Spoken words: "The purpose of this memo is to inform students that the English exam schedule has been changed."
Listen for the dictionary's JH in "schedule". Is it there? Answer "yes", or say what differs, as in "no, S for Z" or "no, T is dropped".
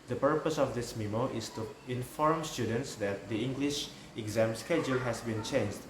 yes